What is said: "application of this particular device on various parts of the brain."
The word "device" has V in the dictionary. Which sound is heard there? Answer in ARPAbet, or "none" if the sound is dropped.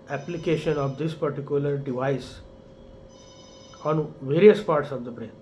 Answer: V